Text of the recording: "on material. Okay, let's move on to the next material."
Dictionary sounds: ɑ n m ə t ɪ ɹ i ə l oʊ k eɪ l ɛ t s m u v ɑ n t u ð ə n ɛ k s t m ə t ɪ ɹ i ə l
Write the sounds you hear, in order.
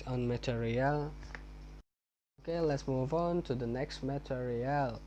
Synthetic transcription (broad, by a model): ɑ n m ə t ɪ ɹ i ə l oʊ k eɪ l ɛ t s m u v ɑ n t u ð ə n ɛ k s t m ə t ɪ ɹ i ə l